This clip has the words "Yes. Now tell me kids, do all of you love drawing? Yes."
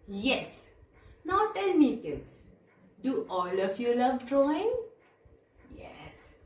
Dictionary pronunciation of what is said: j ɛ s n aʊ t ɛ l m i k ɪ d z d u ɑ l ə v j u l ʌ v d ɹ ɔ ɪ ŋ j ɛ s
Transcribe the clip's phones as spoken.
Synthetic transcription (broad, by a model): j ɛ s n aʊ t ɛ n m i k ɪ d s d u ɑ l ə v j u l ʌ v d ɹ ɔ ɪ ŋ j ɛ s